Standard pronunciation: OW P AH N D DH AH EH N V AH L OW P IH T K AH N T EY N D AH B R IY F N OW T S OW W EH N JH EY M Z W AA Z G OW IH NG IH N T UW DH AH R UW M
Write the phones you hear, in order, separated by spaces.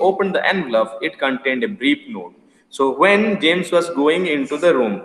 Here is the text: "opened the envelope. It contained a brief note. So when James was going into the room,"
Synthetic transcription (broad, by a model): OW P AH N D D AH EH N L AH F IH T K AH N T EY N D AH B R IY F N OW T S OW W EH N JH EY M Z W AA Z G OW IH NG IH N T UW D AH R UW M